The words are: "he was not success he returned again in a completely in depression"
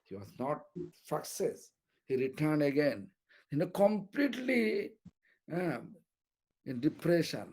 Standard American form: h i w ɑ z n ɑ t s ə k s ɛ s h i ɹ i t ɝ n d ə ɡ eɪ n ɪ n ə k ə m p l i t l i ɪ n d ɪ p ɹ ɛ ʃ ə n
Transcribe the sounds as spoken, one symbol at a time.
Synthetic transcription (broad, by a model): h i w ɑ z n ɑ t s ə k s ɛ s h i ɹ i t ɝ n d ə ɡ eɪ n ɪ n ə k ə m p l i t l i ɪ n d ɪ p ɹ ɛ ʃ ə n